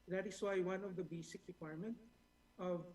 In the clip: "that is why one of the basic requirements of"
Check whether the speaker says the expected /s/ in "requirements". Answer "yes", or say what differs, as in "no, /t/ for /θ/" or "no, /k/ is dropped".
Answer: no, /s/ is dropped